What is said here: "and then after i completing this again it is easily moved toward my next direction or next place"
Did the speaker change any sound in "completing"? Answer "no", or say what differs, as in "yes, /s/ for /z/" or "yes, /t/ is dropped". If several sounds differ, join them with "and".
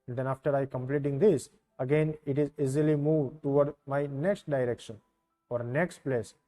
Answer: no